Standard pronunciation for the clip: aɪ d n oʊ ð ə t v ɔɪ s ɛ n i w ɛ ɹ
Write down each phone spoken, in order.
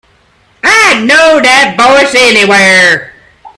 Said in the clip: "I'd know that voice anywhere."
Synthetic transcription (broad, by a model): aɪ n oʊ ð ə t b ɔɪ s ɛ n i w ɛ ɹ